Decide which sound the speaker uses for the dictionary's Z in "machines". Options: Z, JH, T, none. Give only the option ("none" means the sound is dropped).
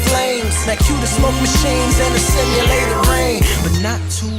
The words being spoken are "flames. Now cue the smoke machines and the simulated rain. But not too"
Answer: Z